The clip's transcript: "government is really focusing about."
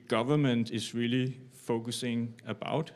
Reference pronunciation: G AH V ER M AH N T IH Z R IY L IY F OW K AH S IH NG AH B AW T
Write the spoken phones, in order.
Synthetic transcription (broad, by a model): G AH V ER M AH N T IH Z R IY L IY F OW K AH S IH NG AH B AW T